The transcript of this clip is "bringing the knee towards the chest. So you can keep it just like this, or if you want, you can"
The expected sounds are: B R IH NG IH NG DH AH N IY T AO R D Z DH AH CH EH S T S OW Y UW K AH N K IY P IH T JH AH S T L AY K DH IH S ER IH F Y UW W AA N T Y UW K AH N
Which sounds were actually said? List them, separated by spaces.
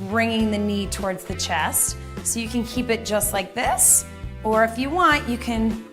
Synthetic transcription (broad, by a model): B R IH NG IH NG DH AH N IY T AO R D Z DH AH CH EH S T S OW Y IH K AH N K IY P IH T JH AH S T L AY K DH IH S ER IH F Y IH W AA N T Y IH K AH N